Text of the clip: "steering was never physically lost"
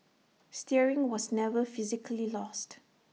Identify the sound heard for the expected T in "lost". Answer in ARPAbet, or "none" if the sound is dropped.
T